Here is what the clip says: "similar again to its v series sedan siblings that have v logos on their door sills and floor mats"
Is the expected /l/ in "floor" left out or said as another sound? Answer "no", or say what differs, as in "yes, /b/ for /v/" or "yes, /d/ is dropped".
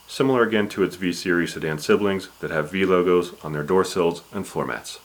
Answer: yes, /l/ is dropped